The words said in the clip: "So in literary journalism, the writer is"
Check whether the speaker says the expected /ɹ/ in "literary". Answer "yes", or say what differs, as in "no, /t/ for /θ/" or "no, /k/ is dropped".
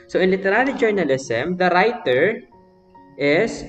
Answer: no, /l/ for /ɹ/